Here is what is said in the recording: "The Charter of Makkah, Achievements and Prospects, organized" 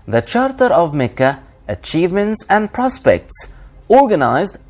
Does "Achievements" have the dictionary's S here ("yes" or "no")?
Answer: yes